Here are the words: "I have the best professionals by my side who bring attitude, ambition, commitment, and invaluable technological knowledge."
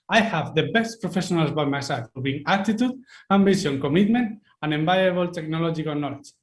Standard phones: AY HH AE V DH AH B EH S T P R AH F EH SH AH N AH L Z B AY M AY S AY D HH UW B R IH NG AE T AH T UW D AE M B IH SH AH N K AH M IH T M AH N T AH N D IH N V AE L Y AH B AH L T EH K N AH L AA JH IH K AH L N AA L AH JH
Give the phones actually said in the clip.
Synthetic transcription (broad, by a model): AY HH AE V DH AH B EH S T P R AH F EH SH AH N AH L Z B AY M AY S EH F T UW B IY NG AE T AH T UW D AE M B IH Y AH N K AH M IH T M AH N T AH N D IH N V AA Y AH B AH L T EH K N AH L AA JH IH K AH L N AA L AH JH